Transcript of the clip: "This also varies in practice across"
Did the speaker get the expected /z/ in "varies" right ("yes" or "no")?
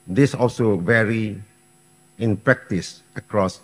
no